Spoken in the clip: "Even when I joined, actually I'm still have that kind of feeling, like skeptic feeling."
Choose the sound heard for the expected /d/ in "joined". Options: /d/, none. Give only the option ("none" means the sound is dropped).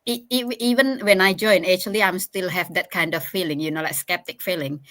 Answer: none